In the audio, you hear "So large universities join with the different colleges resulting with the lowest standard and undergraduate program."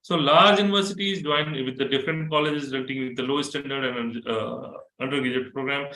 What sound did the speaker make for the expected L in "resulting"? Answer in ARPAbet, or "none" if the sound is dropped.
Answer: none